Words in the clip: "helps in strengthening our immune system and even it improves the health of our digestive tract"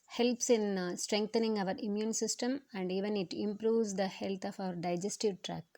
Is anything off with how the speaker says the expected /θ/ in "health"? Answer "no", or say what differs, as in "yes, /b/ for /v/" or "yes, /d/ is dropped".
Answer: yes, /f/ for /θ/